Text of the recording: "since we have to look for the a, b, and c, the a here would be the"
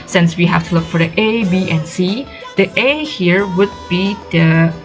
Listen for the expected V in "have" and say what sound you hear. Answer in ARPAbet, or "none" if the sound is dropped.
F